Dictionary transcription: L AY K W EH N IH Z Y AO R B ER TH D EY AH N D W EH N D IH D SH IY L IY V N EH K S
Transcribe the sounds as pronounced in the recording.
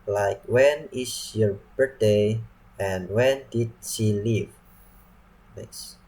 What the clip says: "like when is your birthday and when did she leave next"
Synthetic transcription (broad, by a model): L AY K W EH N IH S Y AO R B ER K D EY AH N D W EH N D IH D SH IY L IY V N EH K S